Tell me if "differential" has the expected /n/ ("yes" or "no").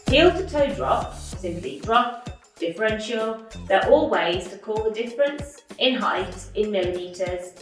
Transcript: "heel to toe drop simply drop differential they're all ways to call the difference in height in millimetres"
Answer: yes